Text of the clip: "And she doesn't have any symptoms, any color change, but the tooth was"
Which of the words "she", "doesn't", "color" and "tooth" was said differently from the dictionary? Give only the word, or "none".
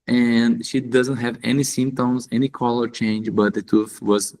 tooth